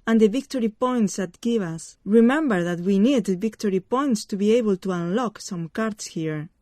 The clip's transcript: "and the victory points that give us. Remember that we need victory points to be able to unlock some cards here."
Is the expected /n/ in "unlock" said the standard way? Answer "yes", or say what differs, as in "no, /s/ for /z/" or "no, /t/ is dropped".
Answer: yes